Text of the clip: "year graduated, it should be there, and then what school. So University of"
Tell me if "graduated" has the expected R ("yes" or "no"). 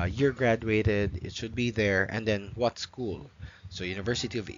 yes